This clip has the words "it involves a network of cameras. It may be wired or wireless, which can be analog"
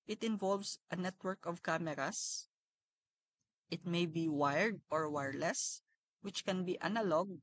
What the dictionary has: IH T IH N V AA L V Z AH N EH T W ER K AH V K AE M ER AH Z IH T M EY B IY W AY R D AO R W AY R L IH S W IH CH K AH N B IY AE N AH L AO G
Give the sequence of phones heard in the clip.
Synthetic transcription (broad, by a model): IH T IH N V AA L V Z AH N EH T W ER K AH V K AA M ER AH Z IH T M EY B IY W AY R D AO R W AY R L IH S W IH CH K AH N B IY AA N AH L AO G